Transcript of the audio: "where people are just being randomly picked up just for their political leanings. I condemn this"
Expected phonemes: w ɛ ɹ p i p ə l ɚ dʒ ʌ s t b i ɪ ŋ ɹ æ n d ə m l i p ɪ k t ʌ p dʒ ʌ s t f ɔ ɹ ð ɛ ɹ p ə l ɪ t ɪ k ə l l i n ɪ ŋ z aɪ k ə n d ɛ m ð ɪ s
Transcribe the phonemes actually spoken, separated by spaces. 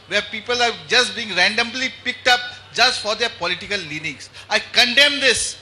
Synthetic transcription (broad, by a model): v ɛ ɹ p i p ə l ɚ dʒ ʌ s t b i ɪ ŋ ɹ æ n d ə m l i p ɪ k t ʌ p dʒ ʌ s t f ɔ ɹ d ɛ ɹ p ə l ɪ t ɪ k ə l l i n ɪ ŋ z aɪ k ə n d ɛ m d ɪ s